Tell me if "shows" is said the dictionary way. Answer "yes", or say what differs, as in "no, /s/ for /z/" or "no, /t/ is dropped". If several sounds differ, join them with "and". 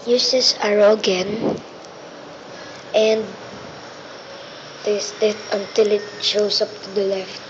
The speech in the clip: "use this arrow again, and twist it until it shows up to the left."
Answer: no, /s/ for /z/